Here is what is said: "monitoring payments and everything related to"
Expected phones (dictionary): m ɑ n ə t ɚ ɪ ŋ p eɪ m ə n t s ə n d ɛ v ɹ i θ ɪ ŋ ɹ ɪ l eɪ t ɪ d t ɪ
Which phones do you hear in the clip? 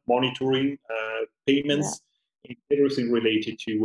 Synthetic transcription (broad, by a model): m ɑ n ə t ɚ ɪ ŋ p eɪ m ə n t s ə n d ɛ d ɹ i s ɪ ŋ ɹ ɪ l eɪ t ɪ d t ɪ